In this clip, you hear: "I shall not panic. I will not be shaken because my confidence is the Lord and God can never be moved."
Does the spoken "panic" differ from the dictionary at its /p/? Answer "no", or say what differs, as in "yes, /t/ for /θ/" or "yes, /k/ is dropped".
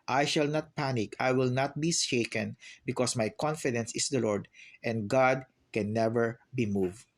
no